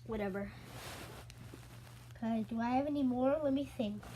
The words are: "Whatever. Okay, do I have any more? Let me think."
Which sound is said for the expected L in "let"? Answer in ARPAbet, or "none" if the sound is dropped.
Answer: W